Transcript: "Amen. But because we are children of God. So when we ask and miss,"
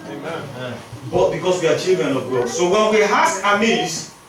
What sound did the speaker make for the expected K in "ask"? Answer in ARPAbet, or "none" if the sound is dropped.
none